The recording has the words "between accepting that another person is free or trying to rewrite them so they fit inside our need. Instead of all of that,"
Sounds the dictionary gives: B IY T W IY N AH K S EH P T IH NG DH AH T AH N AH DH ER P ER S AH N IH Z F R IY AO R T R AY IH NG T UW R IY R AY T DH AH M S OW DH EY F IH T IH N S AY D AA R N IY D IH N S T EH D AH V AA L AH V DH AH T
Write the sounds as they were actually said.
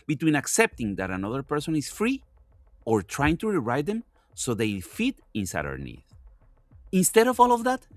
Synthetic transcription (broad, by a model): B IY T W IY N AH K S EH P T IH NG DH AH T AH N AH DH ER P ER S AH N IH S F R IY AO R T R AY IH NG T UW R IY R AY T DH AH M S OW DH EY F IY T IH N S AY D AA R N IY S IH N S T EH D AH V AA L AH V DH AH T